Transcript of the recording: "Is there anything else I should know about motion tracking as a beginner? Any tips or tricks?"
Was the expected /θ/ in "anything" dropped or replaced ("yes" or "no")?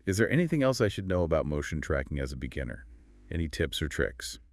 no